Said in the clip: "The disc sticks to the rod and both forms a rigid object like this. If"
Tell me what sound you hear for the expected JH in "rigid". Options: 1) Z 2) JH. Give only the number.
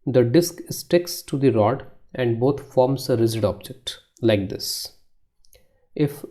1